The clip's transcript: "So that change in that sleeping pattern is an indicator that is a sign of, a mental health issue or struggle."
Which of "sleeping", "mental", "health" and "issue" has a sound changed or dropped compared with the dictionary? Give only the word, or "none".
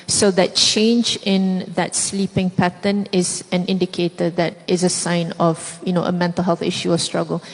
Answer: none